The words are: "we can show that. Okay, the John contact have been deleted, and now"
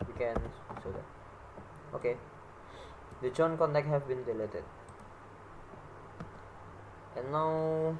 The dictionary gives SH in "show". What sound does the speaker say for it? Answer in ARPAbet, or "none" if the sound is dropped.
S